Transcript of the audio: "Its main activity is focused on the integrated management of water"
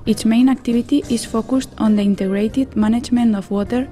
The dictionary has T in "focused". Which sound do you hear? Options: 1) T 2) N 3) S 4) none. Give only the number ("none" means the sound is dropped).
1